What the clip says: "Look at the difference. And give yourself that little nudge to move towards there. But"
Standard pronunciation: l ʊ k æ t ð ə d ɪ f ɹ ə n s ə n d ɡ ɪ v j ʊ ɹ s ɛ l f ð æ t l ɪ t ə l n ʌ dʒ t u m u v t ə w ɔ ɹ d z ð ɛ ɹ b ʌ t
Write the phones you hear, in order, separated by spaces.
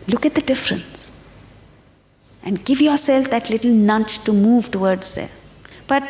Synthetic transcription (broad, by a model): l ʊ k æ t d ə d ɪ f ɹ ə n s ə n d ɡ ɪ v j ʊ ɹ s ɛ l f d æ t l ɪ t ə l n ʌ tʃ t u m u v t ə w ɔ ɹ d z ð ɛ ɹ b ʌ t